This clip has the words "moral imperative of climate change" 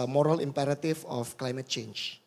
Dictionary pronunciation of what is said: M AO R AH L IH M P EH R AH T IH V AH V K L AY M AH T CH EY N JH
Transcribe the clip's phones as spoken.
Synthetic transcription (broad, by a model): M AO R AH L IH M P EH R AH T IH F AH F K L AY M AH T CH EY N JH